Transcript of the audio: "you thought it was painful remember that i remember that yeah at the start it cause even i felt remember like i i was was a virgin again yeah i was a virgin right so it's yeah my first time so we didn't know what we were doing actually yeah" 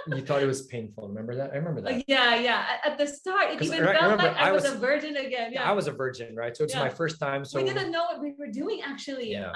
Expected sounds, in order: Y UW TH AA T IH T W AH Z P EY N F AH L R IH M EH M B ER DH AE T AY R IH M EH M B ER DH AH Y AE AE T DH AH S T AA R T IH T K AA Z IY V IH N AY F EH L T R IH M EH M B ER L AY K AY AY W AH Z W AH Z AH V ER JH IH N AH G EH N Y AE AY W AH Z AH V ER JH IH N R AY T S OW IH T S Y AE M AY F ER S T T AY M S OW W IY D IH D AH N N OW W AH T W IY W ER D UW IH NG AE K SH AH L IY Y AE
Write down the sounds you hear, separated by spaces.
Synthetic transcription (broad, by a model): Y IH TH AA T IH T W AH Z P EY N F L R IH M EH M B ER DH AE T AY R IH M EH M B ER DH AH Y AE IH T DH AH S T AA R T IH T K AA IY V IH AY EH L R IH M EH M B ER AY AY AY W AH W AH Z AH V ER JH IH N AH G EH N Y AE AY W AH Z AH V ER JH IH N R AY T S OW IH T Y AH M AY F ER S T T AY M S OW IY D IH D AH N N OW W AH T W IY W ER D UW IH NG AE K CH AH L IY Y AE